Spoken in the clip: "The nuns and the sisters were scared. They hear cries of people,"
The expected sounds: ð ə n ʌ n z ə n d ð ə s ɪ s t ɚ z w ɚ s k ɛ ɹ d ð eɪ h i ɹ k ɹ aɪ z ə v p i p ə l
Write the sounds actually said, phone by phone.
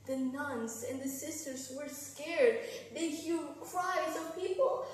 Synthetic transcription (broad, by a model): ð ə n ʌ n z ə n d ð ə s ɪ s t ɚ z w ɚ s k ɛ ɹ d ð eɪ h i l k ɹ aɪ z ə v p i p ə l